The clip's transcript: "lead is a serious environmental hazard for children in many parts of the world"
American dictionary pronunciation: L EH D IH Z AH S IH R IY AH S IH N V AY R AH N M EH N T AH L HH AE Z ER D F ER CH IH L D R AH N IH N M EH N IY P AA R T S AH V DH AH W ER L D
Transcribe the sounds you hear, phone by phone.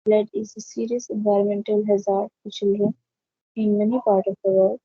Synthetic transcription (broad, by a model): L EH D IH Z AH S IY R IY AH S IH N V AY R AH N M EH N T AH L HH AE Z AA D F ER CH IH L D R AH N IH N M EH N IY P AA R T AH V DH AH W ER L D